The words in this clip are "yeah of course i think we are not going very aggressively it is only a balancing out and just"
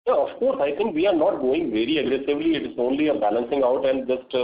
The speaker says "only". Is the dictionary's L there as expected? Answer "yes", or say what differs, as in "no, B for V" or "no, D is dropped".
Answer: yes